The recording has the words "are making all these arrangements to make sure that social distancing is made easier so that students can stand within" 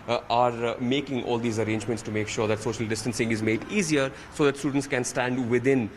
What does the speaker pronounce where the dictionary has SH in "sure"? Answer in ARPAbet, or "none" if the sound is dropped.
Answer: SH